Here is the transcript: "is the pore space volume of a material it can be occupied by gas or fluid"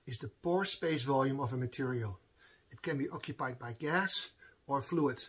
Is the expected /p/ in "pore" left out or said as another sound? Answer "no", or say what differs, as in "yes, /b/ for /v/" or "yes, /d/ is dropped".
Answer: no